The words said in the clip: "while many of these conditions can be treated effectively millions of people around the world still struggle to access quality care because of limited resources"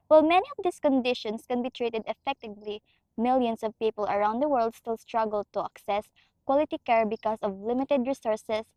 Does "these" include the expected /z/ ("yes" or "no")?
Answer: no